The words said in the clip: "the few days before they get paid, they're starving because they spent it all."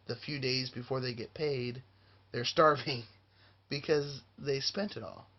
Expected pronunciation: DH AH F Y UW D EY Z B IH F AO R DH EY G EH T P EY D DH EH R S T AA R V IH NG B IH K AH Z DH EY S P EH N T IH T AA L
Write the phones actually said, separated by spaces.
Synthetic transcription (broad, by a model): DH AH F Y UW D EY Z B IH F AO R DH EY G EH T P EY D DH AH R S T AA R V IH NG B IH K AH Z DH EY S P EH N T IH T AA L